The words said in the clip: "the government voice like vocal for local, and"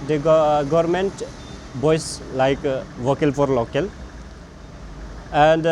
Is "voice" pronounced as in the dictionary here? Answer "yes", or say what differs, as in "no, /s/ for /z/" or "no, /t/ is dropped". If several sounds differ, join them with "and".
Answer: no, /b/ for /v/